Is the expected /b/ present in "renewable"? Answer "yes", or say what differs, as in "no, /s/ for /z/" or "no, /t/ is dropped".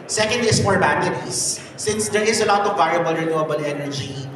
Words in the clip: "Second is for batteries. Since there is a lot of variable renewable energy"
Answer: yes